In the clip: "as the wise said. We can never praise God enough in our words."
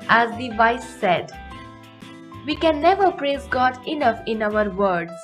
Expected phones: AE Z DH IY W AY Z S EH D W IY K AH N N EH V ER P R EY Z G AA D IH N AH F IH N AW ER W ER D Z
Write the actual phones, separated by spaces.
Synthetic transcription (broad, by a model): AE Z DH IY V AY S EH D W IY K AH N N EH V ER P R EY Z G AA D IH N AH F IH N AW ER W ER D